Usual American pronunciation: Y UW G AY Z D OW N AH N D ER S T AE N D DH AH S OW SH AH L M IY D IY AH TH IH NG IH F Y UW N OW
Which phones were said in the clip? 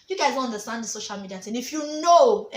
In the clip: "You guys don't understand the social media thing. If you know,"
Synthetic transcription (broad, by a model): Y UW G AY Z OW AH N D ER S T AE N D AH S OW SH AH L M IY D IY AH T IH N IH F Y UW N OW